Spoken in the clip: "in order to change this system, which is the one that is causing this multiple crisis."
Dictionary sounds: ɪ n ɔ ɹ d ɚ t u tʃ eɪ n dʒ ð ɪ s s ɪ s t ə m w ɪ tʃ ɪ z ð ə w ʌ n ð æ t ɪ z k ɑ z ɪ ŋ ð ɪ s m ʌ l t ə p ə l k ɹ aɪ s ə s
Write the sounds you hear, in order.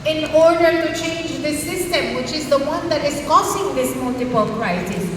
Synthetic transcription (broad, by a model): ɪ n ɔ ɹ d ɚ t u tʃ eɪ n dʒ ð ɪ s s ɪ s t ə m w ɪ tʃ ɪ z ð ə w ʌ n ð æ t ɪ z k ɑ s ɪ ŋ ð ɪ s m ʌ l t ə p ə l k ɹ aɪ s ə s